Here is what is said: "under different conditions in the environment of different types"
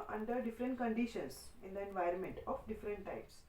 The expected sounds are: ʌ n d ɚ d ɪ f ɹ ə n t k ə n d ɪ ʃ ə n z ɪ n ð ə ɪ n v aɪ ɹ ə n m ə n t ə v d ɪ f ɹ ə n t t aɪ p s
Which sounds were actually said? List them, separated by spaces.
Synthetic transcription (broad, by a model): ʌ n d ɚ d ɪ f ɹ ə n t k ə n d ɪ ʃ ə n s ɪ n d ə ɪ n v aɪ ɹ ə n m ə n t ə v d ɪ f ɹ ə n t t aɪ p s